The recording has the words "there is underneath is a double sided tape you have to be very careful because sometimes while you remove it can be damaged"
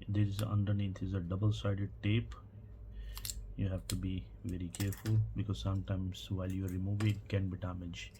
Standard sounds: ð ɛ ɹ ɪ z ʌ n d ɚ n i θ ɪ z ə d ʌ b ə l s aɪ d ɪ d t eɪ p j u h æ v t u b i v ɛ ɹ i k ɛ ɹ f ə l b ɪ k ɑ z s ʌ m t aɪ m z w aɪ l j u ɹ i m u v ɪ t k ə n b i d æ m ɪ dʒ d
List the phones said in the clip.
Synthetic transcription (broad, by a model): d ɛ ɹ ɪ z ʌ n d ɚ n i t ɪ z ə d ʌ b ə l s aɪ d ɪ d t eɪ p j u h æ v t u b i v ɛ ɹ i k ɛ ɹ f ə l b ɪ k ɑ z s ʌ m t aɪ m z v aɪ l j u ɹ i m u v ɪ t k ə n b i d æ m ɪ dʒ